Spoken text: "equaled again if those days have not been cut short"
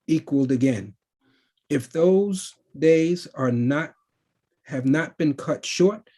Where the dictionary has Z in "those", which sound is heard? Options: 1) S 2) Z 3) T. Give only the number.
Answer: 2